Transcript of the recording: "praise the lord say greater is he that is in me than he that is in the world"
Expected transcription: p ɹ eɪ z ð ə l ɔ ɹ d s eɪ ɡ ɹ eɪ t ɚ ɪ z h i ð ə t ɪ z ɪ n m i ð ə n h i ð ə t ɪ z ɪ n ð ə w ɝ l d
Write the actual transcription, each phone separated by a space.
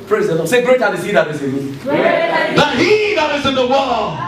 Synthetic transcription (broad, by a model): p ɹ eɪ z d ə n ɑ s eɪ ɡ ɹ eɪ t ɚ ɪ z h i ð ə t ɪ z ɪ n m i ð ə h i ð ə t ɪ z ɪ n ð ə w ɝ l